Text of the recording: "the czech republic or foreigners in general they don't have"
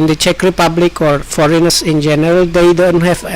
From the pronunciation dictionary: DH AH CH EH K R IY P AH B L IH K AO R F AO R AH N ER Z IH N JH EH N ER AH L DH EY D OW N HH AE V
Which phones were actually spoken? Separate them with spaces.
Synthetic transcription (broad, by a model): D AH CH EH K R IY P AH B L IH K AO R F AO R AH N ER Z IH N JH EH N ER AH L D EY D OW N HH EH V